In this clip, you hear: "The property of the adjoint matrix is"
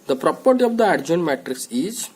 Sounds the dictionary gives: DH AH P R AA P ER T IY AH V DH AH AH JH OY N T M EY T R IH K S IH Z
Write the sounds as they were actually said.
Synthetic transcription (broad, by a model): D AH P R AA P ER T IY AH V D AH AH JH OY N M EY T R IH K S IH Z